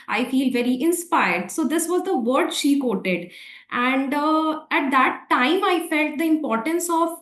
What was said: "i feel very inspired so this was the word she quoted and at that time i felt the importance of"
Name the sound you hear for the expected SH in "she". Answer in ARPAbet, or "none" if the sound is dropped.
SH